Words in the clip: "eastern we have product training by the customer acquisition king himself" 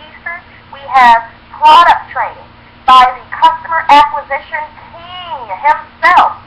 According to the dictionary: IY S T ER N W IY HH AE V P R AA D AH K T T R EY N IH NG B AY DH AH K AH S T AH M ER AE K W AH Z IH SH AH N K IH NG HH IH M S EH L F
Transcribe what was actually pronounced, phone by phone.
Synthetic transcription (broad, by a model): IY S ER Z W IY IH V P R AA D AH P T T R EY N IH NG B AY DH AH K AH S T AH M ER AE K W AH Z IH SH AH N K IH NG HH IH M S EH L F